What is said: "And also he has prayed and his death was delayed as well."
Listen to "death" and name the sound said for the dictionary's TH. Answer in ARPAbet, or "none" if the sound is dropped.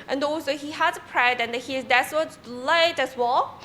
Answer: S